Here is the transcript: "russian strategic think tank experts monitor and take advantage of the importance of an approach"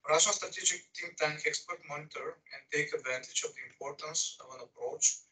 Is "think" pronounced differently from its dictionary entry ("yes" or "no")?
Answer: yes